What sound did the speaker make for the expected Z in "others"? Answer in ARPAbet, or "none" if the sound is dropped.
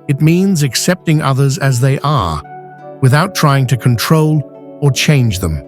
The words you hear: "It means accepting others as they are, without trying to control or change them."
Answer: Z